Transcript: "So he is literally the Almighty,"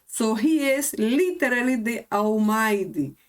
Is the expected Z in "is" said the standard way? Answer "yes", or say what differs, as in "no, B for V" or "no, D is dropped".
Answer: no, S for Z